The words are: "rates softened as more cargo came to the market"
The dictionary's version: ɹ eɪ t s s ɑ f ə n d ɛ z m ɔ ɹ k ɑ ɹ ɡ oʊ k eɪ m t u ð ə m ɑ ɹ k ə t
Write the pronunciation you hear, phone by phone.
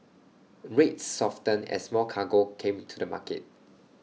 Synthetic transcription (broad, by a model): ɹ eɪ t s s ɑ f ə n ɛ s m ɔ l k ɑ ɡ oʊ k eɪ m t u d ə m ɑ k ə t